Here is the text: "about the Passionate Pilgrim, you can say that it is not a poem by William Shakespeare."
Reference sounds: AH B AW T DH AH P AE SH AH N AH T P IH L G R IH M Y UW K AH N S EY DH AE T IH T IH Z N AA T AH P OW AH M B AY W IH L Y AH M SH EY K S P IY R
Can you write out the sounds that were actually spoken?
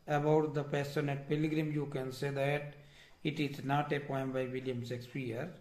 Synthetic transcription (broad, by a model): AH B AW T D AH P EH S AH N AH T P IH L G R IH M Y UW K AH N S EY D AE T IH T IH Z N AA T AH P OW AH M B AY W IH L Y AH M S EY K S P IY R